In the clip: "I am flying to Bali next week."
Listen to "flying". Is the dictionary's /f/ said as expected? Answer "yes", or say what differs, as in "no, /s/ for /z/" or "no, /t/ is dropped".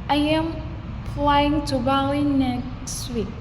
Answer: no, /p/ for /f/